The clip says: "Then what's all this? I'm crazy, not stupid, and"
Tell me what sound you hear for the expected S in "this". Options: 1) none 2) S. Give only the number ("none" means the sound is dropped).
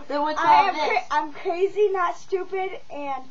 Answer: 1